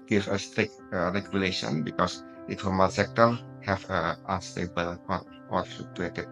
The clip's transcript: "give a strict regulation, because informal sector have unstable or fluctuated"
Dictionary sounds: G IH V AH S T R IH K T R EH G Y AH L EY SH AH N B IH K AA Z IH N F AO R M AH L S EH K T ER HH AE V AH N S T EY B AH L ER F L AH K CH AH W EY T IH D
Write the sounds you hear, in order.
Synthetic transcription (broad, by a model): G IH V AH S T R IH K T R EH G Y AH L EY SH AH N B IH K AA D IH F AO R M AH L S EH K T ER HH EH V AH N S T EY B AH L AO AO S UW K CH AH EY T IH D